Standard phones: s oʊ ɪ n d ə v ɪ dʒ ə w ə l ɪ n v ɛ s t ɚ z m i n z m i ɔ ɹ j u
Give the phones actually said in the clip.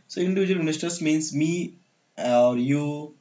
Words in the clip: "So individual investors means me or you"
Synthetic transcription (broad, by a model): s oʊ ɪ n d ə v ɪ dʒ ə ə l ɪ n ɪ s t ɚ s m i n s m i ɔ ɹ j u